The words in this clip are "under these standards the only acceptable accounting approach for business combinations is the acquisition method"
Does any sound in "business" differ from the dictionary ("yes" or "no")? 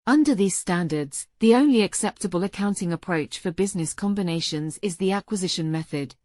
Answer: no